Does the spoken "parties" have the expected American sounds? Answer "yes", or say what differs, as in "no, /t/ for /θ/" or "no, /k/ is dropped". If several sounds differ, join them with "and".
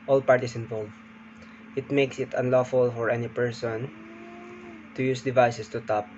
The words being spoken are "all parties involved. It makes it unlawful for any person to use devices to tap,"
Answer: no, /s/ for /z/